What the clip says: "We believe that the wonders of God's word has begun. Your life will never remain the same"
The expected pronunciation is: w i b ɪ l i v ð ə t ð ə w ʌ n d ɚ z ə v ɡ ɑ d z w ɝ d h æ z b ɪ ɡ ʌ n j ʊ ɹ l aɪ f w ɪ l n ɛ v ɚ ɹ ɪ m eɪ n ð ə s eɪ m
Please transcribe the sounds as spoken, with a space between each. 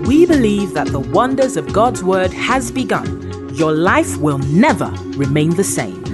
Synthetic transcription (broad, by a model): w i b ɪ l i v ð ə t ð ə w ʌ n d ɚ z ə v ɡ ɑ d z w ɝ d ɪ z b ɪ ɡ ʌ n j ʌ ɹ l aɪ f w ɪ l n ɛ v ɚ ɹ ɪ m eɪ n ð ə s eɪ m